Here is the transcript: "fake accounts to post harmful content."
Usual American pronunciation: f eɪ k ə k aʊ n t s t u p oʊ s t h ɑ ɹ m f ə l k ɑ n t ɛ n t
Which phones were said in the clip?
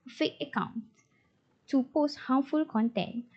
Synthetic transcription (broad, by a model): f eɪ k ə k aʊ n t t u p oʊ s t h ɑ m f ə l k ɑ n t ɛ n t